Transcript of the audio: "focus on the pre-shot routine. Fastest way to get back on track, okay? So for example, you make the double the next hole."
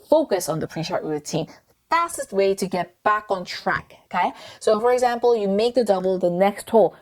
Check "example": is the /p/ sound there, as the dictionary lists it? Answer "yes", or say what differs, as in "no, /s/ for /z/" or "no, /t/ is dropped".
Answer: yes